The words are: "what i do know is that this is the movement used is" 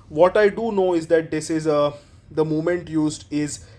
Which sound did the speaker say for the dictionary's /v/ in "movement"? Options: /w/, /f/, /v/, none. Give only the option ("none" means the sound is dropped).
none